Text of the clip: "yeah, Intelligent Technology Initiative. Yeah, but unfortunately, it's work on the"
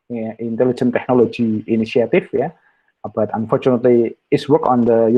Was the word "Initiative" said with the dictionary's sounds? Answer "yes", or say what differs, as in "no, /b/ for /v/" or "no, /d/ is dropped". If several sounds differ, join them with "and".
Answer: no, /f/ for /v/